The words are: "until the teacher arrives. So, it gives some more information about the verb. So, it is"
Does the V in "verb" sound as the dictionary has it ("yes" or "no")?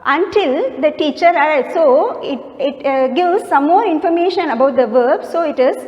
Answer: yes